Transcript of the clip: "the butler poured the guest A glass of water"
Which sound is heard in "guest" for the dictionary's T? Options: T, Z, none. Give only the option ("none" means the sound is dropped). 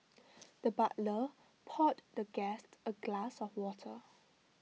T